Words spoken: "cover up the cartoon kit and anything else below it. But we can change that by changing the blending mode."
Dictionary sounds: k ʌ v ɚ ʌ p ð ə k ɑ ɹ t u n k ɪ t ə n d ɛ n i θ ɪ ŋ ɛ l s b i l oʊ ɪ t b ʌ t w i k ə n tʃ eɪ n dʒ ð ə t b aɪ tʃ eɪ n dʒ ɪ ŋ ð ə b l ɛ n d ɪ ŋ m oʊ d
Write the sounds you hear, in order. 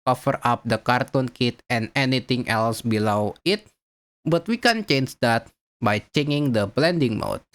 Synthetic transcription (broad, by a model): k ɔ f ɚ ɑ p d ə k ɑ ɹ t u n k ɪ t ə n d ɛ n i t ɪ ŋ ɛ l s b i l oʊ ɪ t b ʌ t w i k ə n tʃ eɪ n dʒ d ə t b aɪ tʃ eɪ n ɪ ŋ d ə b l ɛ n d ɪ ŋ m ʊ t